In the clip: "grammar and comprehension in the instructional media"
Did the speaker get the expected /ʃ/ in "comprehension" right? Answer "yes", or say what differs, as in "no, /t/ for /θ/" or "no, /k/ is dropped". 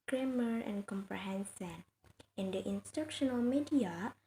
no, /s/ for /ʃ/